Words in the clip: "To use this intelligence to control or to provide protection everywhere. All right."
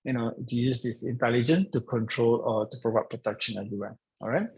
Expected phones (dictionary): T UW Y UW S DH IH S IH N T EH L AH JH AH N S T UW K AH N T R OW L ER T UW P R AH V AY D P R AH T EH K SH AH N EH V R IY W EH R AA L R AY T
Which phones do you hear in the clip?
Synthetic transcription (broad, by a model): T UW Y UW S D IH S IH N T EH L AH JH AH N T UW K AH N T R OW L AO T UW P R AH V AY P R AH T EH K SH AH N EH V R IY W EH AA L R AY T